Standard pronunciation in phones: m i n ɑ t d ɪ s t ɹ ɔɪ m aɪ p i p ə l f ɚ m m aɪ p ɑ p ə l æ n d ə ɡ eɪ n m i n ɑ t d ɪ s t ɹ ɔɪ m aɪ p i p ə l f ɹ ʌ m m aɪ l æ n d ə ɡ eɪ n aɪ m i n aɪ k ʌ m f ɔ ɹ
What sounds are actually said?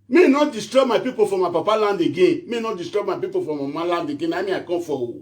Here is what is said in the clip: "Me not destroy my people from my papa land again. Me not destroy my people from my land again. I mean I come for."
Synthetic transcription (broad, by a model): m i n ɑ t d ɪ s t ɹ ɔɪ m aɪ p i p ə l f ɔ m m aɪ p ɑ p ə l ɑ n d ə ɡ eɪ n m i n ɑ t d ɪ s t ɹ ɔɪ m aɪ p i p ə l f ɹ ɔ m m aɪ l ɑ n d ə ɡ eɪ n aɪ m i aɪ k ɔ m f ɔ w